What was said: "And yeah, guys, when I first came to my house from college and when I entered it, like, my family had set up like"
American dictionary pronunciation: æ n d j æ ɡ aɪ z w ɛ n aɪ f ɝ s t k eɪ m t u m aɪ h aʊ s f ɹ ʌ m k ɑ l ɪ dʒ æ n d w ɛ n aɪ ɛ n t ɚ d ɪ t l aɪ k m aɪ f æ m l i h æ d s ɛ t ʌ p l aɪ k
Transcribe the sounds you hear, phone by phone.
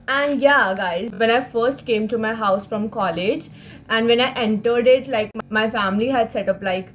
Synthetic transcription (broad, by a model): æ n d j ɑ ɡ aɪ z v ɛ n aɪ f ɝ s t k eɪ m t u m aɪ h aʊ s f ɹ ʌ m k ɑ l ɪ dʒ æ n d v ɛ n aɪ ɛ n t ɚ d ɪ t l aɪ k m aɪ f æ m l i h æ d s ɛ t ʌ p l aɪ k